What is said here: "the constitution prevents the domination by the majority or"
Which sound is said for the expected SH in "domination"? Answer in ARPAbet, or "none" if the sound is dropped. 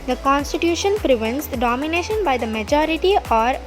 SH